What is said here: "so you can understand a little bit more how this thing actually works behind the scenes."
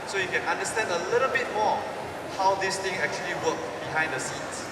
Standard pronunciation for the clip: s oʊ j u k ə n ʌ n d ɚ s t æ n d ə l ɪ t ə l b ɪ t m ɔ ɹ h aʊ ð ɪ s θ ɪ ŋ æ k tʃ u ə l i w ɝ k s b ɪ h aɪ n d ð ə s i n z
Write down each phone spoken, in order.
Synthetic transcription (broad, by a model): s oʊ j u k ə n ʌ n d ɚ s t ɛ n d ə l ɪ t ə l b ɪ t m ɔ h aʊ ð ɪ s t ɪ ŋ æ k tʃ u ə l i w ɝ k b ɪ h aɪ n d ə s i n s